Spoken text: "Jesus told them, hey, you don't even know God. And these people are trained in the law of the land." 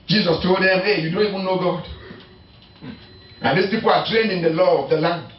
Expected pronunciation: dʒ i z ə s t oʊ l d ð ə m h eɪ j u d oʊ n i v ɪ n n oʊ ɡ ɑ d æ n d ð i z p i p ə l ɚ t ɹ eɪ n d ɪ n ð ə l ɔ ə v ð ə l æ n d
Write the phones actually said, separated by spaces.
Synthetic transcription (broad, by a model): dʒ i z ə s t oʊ d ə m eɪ j u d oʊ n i w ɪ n n oʊ ɡ ɑ d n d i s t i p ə t ɹ eɪ n d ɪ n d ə l ɔ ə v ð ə l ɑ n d